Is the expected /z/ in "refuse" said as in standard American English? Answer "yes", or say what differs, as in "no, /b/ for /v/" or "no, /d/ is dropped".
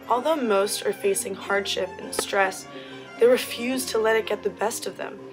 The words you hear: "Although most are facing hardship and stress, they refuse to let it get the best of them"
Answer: yes